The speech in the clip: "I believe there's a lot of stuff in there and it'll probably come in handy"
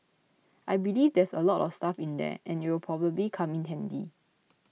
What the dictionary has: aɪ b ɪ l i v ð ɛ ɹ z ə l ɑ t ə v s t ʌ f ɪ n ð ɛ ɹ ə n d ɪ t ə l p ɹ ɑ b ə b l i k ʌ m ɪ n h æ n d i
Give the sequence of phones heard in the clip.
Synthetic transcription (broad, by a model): aɪ b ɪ l i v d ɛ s ə l ɑ t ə f s t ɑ f ɪ n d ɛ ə n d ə w p ɹ ɑ b ə b l i k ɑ m ɪ n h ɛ n d i